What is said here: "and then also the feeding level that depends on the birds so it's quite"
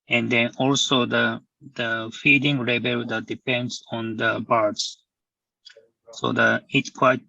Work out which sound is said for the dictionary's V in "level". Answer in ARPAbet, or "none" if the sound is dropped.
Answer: B